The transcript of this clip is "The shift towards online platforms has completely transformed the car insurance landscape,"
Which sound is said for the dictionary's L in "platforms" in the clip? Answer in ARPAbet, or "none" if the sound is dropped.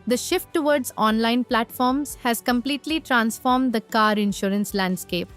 L